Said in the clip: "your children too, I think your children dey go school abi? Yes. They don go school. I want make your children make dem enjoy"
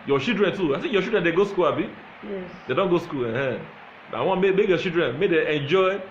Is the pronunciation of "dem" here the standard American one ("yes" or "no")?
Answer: no